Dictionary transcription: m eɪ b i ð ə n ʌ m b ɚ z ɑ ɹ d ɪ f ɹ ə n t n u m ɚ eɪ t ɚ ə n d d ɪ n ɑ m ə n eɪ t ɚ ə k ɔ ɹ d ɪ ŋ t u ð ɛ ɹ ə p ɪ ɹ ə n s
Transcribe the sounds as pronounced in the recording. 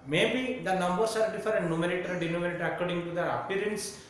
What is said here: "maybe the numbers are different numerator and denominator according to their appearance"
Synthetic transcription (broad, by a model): m eɪ b i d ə n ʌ m b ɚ s ɑ ɹ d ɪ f ə t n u m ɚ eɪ t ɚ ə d d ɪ n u m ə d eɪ t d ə k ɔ ɹ d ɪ ŋ t u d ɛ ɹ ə p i ɹ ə n s